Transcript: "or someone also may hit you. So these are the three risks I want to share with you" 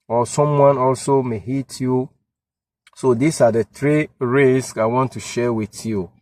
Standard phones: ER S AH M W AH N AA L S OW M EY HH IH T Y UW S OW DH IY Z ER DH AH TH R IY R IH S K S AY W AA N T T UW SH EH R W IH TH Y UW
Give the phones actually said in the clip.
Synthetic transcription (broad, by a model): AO S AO M W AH N AA L S OW M EY HH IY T Y UW S OW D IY S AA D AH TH R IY R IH S K AY W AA N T T UW SH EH W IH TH Y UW